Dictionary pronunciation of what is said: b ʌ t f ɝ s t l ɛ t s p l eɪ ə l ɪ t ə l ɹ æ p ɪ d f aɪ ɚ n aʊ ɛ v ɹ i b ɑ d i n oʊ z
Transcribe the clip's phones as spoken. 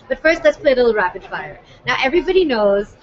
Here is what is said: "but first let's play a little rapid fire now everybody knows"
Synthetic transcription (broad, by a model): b ʌ t f ɝ s t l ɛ t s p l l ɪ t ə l ɹ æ b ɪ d f aɪ ɚ n aʊ ɛ v ɹ i b ɑ d i n oʊ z